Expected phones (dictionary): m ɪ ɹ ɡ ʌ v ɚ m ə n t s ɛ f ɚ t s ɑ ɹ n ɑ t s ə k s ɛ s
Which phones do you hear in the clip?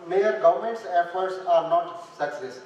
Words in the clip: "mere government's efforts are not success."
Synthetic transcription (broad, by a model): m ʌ ɹ ɡ ʌ v ɚ m ə n t s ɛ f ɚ t s ɑ ɹ n ɑ t s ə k s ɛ s